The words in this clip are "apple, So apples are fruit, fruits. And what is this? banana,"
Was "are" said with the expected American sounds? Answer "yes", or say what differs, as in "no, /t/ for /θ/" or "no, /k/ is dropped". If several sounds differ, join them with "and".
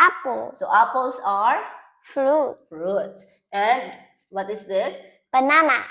yes